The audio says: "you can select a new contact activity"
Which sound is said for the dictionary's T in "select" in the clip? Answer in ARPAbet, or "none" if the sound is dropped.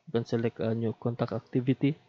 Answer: none